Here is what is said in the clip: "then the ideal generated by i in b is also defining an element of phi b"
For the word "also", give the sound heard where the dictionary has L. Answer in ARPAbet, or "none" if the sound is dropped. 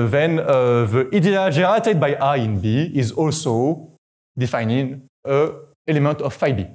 L